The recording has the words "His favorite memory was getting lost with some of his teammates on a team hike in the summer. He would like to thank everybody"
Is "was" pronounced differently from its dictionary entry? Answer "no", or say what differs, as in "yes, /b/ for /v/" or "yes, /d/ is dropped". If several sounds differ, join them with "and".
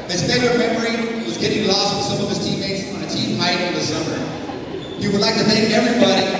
no